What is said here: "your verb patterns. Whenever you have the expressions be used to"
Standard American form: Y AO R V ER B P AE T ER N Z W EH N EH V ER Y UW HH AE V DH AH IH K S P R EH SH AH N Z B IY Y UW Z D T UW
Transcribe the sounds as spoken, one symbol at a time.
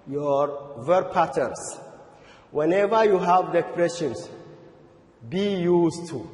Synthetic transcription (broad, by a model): Y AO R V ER P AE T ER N S W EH N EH V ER Y UW HH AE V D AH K P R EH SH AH N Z B IY Y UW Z T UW